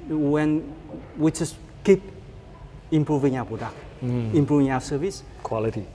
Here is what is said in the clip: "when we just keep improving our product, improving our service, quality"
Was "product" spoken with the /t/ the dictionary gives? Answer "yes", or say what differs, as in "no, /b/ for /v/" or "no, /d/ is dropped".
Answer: no, /t/ is dropped